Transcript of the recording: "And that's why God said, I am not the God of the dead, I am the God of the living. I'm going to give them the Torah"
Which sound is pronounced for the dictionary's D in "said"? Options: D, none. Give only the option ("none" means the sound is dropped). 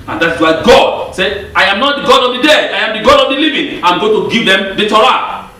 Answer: none